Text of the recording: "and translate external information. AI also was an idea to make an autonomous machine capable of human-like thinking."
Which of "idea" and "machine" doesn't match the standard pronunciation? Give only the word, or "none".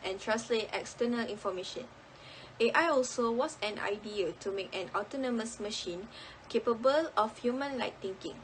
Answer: none